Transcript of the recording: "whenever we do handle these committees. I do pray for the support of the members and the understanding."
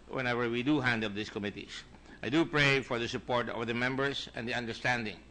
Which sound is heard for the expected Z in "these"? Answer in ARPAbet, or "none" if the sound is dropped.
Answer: S